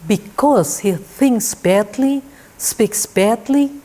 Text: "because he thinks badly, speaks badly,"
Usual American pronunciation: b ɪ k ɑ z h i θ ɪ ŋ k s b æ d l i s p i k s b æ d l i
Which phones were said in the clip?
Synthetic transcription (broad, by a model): b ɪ k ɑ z h i θ ɪ ŋ k s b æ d l i s p i k s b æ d l i